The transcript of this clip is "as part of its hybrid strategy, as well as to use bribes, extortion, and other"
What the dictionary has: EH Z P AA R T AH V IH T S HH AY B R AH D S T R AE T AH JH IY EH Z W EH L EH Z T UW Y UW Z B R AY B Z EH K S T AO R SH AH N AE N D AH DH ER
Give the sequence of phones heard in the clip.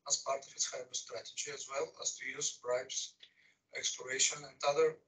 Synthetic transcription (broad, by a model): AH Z P AA R T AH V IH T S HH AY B AH S T R AE T AH JH IY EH Z W EH L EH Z T UW Y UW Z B R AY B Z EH K S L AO R SH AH N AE N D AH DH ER